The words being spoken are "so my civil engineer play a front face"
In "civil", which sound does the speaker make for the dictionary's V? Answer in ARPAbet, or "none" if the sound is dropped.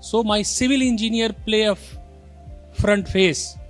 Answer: V